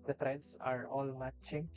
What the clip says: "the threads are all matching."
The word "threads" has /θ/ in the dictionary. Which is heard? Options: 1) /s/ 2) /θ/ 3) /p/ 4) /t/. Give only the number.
4